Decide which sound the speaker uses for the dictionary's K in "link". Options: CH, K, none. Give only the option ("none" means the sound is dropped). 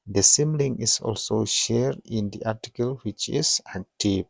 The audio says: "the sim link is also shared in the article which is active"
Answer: none